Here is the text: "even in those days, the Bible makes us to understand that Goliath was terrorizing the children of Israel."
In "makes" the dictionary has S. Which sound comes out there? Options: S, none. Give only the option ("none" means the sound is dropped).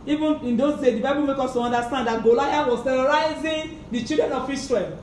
none